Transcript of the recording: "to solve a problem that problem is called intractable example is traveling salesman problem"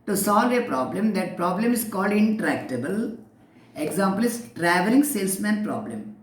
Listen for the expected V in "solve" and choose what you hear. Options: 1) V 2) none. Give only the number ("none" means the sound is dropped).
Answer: 1